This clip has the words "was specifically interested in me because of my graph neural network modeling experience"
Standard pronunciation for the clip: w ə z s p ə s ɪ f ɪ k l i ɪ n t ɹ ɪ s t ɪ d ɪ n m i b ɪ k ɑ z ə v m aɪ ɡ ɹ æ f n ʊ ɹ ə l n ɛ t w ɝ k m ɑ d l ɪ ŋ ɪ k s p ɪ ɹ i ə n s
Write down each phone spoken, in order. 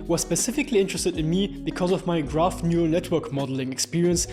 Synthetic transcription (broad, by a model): w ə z s p ə s ɪ f ɪ k l i ɪ n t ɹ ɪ s t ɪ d ɪ n m i b ɪ k ɑ z ə v m aɪ ɡ ɹ æ f n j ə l n ɛ t w ɝ k m ɑ d l ɪ ŋ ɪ k s p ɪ ɹ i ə n s